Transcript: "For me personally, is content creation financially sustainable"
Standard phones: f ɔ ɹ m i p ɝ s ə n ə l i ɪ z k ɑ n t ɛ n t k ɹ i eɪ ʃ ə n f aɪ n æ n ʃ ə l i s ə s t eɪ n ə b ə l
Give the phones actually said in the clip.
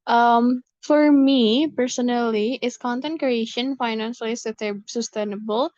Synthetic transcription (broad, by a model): f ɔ ɹ m i p ɝ s ə n ə l i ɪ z k ɑ n t ɛ n t k ɹ i eɪ ʃ ə n f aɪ n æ n s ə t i s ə s t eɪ n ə b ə l